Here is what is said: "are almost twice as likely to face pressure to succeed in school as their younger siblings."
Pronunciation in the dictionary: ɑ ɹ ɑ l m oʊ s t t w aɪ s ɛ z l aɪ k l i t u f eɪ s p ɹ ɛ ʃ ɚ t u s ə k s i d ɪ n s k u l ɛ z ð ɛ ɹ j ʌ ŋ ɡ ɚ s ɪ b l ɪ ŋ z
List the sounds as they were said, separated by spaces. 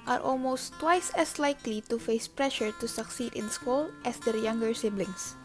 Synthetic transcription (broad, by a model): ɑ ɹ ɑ l m oʊ s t t w aɪ s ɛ s l aɪ k l i t u f eɪ s p ɹ ɛ ʃ ɚ t u s ə k s i d ɪ n s k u l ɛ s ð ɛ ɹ j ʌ ŋ ɡ ɚ s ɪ b l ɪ ŋ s